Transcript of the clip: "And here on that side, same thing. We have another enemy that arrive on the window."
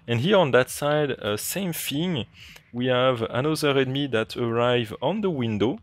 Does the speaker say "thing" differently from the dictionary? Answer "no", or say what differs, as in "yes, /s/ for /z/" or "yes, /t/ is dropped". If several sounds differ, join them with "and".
yes, /f/ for /θ/